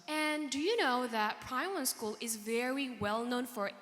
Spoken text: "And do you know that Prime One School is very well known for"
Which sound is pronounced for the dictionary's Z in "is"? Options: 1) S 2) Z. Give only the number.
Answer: 2